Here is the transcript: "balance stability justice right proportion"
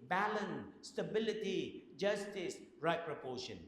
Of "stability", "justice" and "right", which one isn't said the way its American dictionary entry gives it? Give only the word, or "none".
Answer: none